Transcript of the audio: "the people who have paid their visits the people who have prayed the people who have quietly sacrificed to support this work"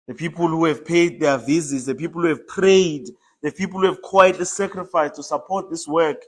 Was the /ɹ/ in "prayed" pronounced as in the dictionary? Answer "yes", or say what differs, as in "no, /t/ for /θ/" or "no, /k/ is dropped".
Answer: yes